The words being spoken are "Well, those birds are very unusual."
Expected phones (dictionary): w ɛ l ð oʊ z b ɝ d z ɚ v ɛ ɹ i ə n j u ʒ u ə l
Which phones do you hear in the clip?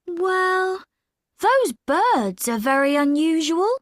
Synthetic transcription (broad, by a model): w ɛ l ð oʊ z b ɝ d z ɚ v ɛ ɹ i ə n j u ʒ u ə l